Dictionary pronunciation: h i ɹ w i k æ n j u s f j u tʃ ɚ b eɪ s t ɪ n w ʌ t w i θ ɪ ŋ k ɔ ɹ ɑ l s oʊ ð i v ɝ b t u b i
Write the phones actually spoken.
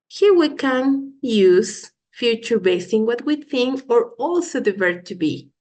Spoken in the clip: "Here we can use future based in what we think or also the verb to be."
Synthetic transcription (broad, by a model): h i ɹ w i k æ n j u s f j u tʃ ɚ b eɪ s ɪ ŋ w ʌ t w i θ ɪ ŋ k ɔ ɹ ɑ l s oʊ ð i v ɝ t u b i